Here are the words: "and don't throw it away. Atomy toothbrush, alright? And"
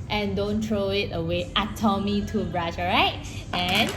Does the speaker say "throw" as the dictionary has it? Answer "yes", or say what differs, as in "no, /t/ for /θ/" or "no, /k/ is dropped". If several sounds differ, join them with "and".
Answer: no, /t/ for /θ/